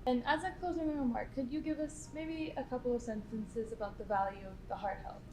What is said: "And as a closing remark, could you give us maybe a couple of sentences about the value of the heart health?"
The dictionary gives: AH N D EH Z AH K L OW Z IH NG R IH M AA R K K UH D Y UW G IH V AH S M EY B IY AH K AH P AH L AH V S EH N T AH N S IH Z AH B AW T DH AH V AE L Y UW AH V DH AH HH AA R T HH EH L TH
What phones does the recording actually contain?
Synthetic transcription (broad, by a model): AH N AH Z AH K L OW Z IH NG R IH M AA R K K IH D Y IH G IH V AH S M EY B IY AH K AH P L AH V S EH N T AH N S IH Z AH B AW T DH AH V AE L Y UW AH V DH AH HH AA R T HH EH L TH